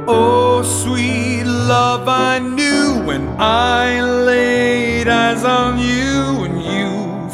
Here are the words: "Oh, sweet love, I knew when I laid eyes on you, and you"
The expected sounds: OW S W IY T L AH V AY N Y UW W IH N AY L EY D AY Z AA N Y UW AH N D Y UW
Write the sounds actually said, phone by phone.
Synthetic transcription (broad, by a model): OW S W IY T L AH V AY N Y UW W IH N AY L EY D AY Z N Y UW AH N Y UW